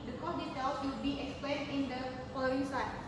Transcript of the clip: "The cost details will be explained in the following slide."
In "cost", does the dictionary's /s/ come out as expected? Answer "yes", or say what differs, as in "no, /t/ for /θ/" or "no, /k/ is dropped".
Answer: no, /s/ is dropped